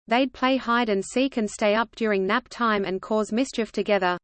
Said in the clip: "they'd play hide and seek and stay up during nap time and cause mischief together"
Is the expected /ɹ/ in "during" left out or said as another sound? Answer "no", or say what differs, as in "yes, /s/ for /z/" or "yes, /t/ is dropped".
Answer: no